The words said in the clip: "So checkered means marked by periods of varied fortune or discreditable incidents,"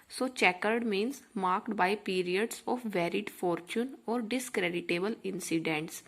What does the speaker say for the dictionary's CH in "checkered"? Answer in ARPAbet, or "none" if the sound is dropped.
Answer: CH